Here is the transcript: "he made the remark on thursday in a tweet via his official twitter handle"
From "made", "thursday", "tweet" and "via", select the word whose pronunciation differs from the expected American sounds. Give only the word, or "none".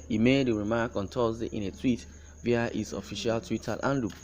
thursday